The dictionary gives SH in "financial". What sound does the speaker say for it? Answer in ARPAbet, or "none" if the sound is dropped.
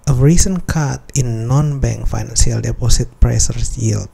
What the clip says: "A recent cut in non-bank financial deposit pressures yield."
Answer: S